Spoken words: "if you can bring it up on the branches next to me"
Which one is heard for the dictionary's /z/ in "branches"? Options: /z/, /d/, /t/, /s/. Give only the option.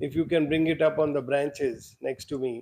/z/